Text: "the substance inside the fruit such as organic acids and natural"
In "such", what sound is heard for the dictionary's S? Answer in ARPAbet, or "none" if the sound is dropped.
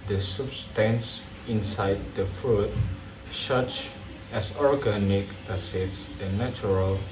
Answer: SH